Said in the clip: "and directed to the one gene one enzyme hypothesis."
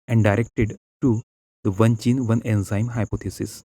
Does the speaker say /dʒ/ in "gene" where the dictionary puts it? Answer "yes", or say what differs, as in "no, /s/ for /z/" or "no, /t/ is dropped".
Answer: no, /tʃ/ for /dʒ/